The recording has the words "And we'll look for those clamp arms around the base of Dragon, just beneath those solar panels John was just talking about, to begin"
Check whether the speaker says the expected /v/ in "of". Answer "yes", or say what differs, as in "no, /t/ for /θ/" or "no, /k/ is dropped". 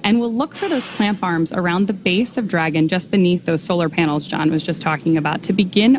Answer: yes